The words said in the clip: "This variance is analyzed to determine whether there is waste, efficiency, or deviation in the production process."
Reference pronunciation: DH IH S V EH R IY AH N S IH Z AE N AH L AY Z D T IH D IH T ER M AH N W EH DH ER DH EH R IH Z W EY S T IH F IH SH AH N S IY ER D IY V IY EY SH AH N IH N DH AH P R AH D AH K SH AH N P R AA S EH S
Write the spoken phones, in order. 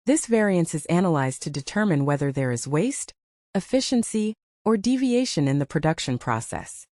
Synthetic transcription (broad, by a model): DH IH S V EH R IY AH N S IH Z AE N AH L AY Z T IH D IH T ER M AH N W EH DH ER DH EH R IH Z W EY S T IH F IH SH AH N S IY ER D IY V IY EY SH AH N IH N DH AH P R AH D AH K SH AH N P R AA S EH S